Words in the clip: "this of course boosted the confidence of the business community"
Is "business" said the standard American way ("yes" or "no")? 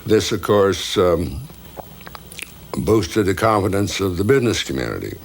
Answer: yes